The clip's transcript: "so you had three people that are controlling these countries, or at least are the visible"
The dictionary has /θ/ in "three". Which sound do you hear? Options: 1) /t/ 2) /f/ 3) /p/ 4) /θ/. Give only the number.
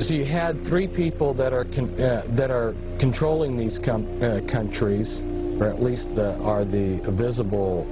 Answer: 4